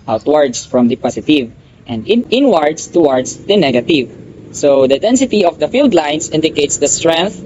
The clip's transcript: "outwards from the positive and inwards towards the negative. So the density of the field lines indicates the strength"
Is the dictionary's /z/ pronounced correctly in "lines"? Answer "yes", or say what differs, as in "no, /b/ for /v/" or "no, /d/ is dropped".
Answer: no, /s/ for /z/